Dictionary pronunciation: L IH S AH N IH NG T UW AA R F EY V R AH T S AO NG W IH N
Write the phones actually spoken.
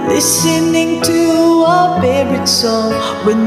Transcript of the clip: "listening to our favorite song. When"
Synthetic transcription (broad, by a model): L IH S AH N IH NG T UW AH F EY R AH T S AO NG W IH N